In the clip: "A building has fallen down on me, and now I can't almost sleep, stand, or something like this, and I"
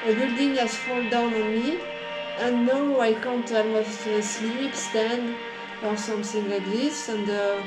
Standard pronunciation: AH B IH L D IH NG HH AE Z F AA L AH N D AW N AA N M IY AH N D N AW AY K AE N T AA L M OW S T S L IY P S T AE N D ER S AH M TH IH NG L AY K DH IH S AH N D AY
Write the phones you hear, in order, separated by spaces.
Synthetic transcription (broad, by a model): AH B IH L D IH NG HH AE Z F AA L D AW N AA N M IY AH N N AW AY K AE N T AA M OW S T S L IY P S T AE N D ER S AH M TH IH NG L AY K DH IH S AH N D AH